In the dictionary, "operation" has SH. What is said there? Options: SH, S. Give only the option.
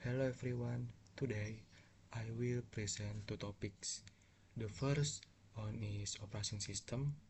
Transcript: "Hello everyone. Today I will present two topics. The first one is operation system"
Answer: S